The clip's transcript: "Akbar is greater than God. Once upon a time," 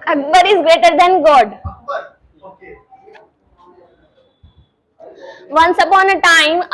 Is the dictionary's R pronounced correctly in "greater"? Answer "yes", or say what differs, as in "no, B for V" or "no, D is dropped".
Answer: yes